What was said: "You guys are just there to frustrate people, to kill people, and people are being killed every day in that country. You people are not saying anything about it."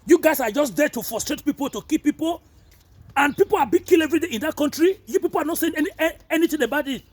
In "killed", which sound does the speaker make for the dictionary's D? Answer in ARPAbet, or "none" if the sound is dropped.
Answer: none